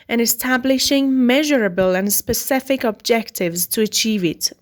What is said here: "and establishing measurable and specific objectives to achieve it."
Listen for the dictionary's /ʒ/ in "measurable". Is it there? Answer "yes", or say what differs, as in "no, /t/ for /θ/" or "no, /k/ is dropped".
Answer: yes